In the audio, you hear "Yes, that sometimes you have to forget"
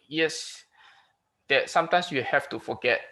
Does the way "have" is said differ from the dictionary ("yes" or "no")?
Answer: yes